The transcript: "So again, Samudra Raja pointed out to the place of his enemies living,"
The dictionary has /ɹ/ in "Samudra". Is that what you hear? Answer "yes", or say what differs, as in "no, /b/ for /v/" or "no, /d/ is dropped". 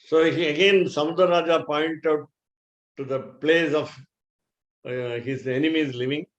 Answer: no, /ɹ/ is dropped